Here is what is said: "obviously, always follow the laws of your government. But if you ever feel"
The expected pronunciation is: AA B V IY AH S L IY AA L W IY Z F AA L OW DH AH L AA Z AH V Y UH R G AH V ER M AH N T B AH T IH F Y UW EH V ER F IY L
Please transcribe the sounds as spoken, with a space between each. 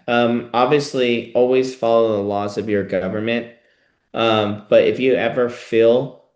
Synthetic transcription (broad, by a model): AA B V IY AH S L IY AA L W IY Z F AA L OW DH AH L AA Z AH V Y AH R G AH V ER M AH N T B AH T IH F Y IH EH V ER F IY L